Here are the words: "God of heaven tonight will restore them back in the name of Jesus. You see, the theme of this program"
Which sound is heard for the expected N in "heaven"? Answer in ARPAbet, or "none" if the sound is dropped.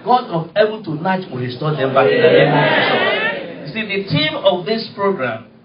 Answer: L